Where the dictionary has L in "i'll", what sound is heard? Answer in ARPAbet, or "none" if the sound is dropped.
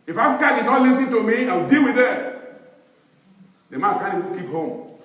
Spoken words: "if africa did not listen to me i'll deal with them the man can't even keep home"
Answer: W